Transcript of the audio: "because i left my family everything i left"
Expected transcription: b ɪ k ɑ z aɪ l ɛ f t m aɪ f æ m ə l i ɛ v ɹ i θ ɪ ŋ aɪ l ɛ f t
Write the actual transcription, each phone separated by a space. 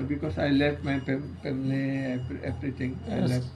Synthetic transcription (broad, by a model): b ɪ k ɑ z aɪ l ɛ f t m aɪ p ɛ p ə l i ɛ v ɹ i t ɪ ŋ aɪ l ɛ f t